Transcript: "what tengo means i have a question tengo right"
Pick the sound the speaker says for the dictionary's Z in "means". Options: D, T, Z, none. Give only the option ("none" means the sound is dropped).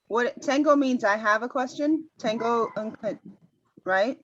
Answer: Z